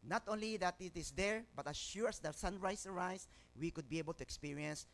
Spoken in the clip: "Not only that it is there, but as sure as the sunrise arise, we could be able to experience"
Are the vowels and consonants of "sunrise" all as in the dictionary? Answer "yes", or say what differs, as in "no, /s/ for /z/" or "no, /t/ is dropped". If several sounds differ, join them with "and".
no, /s/ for /z/